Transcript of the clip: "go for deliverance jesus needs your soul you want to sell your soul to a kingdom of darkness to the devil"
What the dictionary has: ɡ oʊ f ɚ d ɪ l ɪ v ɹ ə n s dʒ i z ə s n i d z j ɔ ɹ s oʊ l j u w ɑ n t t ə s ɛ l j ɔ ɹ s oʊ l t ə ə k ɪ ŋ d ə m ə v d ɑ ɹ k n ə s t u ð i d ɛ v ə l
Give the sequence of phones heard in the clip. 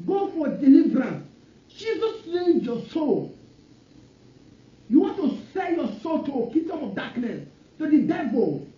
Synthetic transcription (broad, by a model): ɡ oʊ f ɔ d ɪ l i v ɹ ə n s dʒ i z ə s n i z j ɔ s oʊ l j u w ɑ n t t ə s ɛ n j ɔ s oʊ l t ə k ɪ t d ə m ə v d ɑ k n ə s t u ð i d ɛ v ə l